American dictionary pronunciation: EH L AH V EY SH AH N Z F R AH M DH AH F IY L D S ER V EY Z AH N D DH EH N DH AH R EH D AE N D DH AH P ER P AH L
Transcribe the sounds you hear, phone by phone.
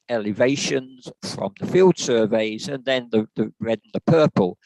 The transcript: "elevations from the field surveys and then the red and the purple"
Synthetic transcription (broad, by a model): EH L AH V EY SH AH N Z F R AH M DH AH F IY L D S ER V EY Z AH N DH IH N DH AH R EH D N DH AH P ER P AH L